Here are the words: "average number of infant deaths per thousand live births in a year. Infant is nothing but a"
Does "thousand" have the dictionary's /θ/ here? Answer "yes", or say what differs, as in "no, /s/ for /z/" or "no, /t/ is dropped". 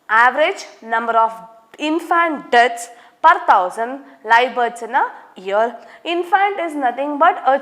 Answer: no, /t/ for /θ/